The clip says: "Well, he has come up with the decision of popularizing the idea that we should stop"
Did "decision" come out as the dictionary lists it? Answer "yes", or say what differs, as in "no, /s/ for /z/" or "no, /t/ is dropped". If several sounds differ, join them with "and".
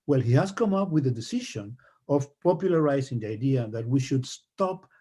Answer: no, /ʃ/ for /ʒ/